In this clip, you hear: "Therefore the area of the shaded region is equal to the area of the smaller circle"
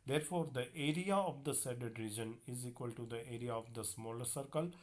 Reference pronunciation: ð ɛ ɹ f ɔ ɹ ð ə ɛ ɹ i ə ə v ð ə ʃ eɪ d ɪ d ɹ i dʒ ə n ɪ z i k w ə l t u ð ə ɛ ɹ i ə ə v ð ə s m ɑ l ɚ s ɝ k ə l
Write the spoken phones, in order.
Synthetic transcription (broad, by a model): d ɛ ɹ f ɔ ɹ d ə ɛ ɹ i ə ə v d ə s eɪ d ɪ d ɹ i dʒ ə n ɪ z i k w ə l t u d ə ɛ ɹ i ə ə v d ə s m ɑ l ɚ s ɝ k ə l